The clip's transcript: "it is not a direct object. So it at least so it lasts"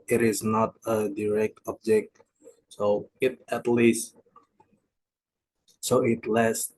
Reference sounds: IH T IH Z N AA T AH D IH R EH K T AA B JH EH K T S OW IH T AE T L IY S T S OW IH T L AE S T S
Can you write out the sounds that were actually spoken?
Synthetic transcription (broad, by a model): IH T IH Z N AA T AH D IH R EH K T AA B JH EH K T S OW IH T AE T L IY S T S OW IH T L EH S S